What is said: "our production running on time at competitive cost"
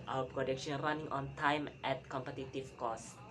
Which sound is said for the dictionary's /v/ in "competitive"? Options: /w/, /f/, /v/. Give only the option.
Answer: /f/